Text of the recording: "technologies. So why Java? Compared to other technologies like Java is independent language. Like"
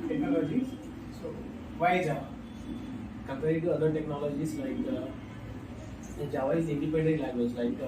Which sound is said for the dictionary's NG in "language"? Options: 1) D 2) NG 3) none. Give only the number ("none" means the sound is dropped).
3